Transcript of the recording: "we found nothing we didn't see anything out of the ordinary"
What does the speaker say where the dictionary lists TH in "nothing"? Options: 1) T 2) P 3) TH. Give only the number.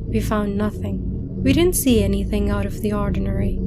3